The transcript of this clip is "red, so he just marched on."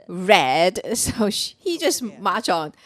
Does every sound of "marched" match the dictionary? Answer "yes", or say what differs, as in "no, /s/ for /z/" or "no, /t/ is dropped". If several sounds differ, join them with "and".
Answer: no, /t/ is dropped